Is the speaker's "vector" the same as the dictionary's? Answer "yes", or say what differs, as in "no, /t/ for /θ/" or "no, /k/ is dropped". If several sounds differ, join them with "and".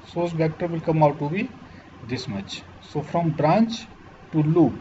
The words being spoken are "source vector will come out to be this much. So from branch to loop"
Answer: no, /b/ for /v/